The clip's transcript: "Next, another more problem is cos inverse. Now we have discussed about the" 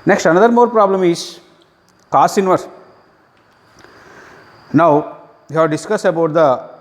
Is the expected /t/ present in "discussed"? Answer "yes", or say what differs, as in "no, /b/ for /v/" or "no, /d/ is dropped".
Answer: no, /t/ is dropped